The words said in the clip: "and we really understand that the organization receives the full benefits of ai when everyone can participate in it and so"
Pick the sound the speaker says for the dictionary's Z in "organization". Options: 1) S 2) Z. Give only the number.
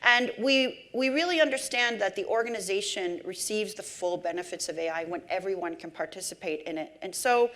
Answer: 2